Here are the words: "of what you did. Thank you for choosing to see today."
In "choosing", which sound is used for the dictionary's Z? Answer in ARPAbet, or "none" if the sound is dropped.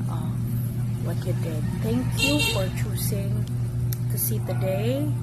S